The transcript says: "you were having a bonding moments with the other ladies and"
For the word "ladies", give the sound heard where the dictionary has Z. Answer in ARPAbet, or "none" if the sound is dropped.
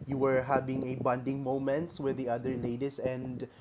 S